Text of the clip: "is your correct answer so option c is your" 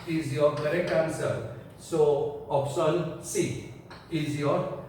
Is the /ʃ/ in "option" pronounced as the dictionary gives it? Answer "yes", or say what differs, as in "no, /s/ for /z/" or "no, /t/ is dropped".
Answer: no, /s/ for /ʃ/